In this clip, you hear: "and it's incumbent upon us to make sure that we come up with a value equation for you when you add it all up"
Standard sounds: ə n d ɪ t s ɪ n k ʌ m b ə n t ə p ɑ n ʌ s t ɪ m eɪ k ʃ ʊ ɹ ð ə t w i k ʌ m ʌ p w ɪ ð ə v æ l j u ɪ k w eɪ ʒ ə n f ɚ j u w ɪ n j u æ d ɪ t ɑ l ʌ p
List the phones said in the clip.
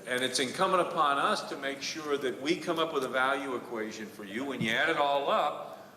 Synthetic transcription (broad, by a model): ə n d ɪ t s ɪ n k ʌ m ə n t ə p ɑ n ʌ s t ɪ m eɪ k ʃ ʊ ɹ ð ə t w i k ʌ m ʌ p w ɪ ð ə v æ l j u ɪ k w eɪ ʒ ə n f ɚ j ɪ w ɪ n j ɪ æ d ɪ t ɑ l ʌ p